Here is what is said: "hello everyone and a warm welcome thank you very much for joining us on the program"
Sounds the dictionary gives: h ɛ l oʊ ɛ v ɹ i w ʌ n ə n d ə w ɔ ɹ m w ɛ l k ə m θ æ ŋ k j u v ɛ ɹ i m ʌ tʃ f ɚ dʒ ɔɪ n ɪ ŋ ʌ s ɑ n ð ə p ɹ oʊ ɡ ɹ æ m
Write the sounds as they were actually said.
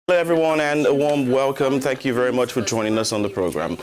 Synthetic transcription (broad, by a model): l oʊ ɛ v ɹ i w ʌ n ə n ə w ɔ ɹ m w ɛ l k ə m θ æ ŋ k j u v ɛ ɹ i m ʌ tʃ f ɚ dʒ ɔɪ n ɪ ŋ ʌ s n ð ə p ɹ oʊ ɡ ɹ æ m